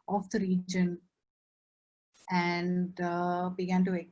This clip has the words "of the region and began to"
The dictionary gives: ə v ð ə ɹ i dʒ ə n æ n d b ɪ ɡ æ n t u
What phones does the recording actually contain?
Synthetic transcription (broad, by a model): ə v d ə ɹ i dʒ ə n æ n d b ɪ ɡ æ n t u